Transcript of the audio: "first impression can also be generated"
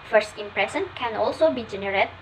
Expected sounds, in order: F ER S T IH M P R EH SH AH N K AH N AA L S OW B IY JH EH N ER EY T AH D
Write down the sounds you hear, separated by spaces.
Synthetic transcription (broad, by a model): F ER S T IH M P R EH S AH N K AH N AA L S OW B IY JH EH N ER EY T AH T